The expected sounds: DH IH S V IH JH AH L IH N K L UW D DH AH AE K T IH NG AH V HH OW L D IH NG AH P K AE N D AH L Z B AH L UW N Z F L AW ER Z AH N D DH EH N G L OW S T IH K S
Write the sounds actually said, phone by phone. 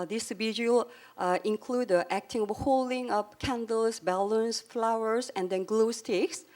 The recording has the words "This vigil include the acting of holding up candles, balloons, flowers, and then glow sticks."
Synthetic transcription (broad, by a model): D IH S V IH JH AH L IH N K L UW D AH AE K T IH NG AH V HH OW L D IH NG AH P K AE N D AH L S B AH L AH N S F L AW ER S AH N D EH N G L OW S T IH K S